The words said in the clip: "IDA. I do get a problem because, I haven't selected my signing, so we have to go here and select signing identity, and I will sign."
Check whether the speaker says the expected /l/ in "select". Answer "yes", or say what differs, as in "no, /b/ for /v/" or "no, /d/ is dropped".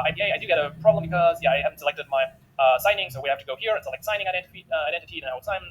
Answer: no, /l/ is dropped